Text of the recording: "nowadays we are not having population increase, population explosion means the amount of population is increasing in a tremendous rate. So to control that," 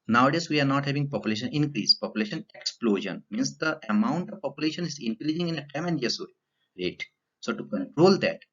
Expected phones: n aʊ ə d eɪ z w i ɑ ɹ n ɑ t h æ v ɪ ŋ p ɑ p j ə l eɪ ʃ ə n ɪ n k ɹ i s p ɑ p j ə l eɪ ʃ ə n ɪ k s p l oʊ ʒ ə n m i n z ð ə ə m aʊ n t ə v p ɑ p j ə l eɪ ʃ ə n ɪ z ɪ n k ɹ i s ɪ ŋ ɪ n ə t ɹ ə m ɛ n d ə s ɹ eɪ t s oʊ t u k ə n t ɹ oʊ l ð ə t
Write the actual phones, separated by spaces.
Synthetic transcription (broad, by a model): n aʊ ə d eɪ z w i ɑ ɹ n ɑ t h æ v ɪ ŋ p ɑ p j ə l eɪ ʃ ə n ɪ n k ɹ i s p ɑ p j ə l eɪ ʃ ə n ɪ k s p l oʊ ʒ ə n m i n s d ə ə m aʊ n t ə v p ɑ p j ə l eɪ ʃ ə n ɪ z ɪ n k ɹ i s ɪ ŋ ɪ n ə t ə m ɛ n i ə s ɹ eɪ t s oʊ t u k ə n t ɹ oʊ l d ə t